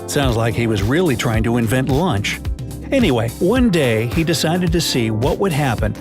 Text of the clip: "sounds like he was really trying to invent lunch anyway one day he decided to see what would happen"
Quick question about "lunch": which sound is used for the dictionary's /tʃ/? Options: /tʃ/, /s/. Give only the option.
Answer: /tʃ/